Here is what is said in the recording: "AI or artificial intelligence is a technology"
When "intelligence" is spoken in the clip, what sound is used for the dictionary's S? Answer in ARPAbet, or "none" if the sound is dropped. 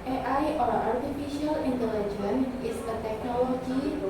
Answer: none